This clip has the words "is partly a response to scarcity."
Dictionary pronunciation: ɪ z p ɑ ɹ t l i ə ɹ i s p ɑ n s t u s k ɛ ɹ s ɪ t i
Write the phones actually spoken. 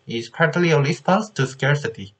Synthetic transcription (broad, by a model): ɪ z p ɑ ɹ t l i ə l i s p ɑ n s t u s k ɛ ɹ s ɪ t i